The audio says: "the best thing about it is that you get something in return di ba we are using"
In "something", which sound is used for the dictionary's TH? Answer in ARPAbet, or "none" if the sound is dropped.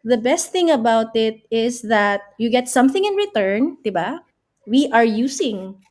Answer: TH